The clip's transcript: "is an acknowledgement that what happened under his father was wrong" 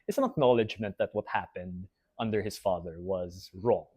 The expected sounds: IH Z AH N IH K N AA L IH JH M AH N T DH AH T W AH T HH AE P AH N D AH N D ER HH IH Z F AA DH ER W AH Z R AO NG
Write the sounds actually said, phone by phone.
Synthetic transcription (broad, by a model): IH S AH N IH K N AA L IH JH M AH N T DH AH T W AH T HH AE P AH N D AH N D ER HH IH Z F AA DH ER W AH Z R AO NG